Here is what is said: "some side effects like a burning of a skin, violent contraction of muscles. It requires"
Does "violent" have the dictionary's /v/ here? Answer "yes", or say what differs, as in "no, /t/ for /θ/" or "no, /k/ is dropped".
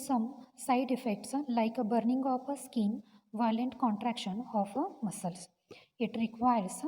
yes